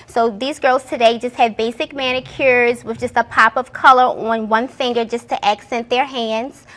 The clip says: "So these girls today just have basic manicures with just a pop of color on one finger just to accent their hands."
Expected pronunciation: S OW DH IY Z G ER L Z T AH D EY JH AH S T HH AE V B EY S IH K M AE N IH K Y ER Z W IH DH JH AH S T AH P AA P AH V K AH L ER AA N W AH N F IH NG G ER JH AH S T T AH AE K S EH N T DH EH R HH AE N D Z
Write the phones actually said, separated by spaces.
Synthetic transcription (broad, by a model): S OW DH IY Z G ER L Z T AH D EY JH AH S T HH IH V B EY S IH K M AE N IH K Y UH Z W IH DH JH AH S T AH P AA P AH V K AH L ER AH N W AH N F IH NG G ER JH AH S T T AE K S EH N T DH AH R HH AE N D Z